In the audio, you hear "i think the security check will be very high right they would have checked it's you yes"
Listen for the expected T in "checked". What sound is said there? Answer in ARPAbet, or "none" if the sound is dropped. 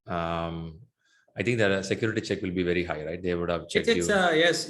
none